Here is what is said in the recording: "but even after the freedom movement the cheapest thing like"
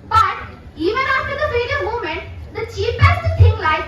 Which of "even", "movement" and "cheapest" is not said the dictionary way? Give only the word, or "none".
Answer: movement